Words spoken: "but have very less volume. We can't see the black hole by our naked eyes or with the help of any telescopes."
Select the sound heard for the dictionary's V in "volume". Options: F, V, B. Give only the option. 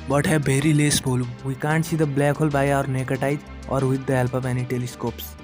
B